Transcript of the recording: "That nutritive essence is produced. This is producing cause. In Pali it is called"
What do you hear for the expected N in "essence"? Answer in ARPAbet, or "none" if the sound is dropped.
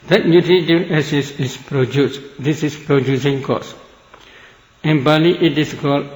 none